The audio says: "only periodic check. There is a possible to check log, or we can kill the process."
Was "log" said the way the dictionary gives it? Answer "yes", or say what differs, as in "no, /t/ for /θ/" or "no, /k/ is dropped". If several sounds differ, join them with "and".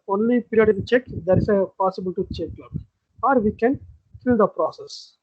no, /ɡ/ is dropped